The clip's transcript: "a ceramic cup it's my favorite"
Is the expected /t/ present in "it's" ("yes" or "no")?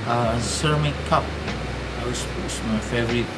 no